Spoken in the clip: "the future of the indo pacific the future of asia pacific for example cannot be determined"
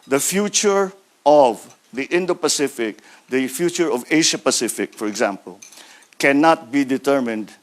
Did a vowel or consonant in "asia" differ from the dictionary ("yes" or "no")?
yes